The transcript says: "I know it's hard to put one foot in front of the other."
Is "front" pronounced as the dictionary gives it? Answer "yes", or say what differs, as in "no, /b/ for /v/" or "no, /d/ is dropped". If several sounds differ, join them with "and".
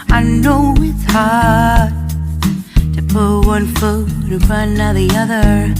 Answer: no, /t/ is dropped